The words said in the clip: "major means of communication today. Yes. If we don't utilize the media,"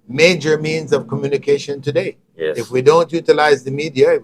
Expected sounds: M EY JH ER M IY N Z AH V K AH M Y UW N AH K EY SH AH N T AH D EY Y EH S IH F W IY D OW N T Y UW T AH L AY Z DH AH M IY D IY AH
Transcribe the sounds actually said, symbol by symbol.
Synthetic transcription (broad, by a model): M EY JH ER M IY N Z AH V K AH M Y UW N AH K EY SH AH N T AH D EY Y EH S IH F W IY D OW N T Y UW T AH L AY Z DH AH M IY D IY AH